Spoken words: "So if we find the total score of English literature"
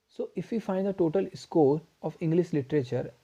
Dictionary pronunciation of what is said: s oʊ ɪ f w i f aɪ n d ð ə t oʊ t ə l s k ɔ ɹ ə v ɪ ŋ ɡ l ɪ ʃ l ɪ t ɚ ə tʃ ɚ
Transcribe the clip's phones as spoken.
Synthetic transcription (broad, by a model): s oʊ ɪ f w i f aɪ n d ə t oʊ t ə l s k ɔ ɹ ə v ɪ ŋ ɡ l ɪ ʃ l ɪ t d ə tʃ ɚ